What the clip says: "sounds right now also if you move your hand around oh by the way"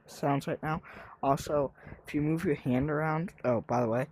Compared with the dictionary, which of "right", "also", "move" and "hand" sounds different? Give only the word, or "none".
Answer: right